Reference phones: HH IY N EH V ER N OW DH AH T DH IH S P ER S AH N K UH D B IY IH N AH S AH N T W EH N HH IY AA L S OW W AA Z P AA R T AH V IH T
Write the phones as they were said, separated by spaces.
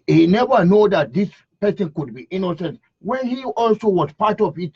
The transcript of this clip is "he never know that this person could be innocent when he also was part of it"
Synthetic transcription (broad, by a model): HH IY N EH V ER N OW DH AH T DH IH S P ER S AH N K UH D B IY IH N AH S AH N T W EH N HH IY AA L S OW W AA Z P AA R T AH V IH T